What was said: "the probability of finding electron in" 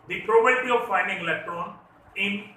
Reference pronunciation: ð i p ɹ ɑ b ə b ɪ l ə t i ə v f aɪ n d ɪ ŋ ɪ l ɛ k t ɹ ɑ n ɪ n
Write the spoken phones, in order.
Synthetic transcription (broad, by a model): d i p ɹ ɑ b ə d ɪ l t i ə v f aɪ n d ɪ ŋ ɪ l ɛ k t ɹ ɑ n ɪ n